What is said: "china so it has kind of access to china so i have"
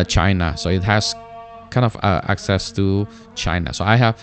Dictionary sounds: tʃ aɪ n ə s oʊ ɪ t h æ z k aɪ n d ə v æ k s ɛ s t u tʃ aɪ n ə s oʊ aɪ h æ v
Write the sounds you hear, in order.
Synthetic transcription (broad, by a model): tʃ aɪ n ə s oʊ ɪ t h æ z k aɪ n d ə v æ k s ɛ s t u tʃ aɪ n ə s oʊ aɪ h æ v